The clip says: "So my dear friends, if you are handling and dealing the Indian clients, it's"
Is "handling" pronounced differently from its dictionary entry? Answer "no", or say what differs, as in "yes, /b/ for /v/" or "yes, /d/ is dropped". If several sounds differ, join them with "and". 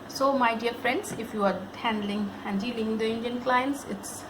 no